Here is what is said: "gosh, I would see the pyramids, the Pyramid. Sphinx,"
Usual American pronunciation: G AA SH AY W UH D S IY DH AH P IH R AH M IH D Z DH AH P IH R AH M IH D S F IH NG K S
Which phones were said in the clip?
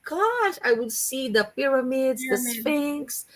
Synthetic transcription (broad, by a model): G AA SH AY W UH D S IY DH AH P IH R AH M IH D Z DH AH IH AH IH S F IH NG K S